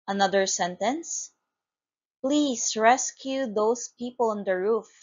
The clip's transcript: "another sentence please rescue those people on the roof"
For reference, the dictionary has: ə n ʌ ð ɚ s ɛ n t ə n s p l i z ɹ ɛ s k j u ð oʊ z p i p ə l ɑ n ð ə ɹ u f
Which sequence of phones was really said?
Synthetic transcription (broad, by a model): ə n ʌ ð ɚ s ɛ n t ə n s p l i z ɹ ɛ s k j u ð oʊ s p i p ə l ɑ n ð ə ɹ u f